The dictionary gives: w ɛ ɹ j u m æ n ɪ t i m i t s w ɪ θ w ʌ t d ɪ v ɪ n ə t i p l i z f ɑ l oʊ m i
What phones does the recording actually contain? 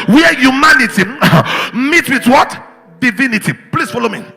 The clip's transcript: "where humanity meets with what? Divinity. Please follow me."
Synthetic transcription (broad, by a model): w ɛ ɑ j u m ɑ n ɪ t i m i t w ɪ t w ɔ t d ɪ v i n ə t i p l i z f ɑ l oʊ m i